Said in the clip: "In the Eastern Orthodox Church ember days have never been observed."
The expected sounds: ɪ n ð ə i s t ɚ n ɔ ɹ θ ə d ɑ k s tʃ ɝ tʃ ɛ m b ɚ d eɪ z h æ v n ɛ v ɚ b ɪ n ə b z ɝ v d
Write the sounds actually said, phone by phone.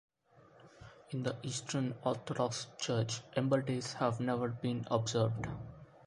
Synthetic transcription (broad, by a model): ɪ n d ə i s t ɚ n ɔ ɹ t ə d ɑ k s tʃ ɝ tʃ ɛ m b ɚ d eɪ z h æ v n ɛ v ɚ b ɪ n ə b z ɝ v d